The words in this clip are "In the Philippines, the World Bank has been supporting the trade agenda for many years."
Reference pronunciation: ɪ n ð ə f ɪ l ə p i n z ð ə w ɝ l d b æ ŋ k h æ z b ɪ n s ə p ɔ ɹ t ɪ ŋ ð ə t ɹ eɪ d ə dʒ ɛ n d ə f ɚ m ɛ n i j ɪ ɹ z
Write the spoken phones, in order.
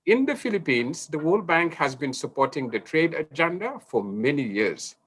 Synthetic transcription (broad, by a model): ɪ n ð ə f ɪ l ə p i n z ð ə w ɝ l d b æ ŋ k h æ z b ɪ n s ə p ɔ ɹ t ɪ ŋ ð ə t ɹ eɪ d ə dʒ ɛ n d ə f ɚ m ɛ n i j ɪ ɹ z